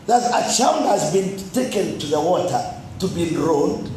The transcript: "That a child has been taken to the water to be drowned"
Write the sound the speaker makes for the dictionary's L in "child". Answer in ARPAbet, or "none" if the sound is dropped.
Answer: N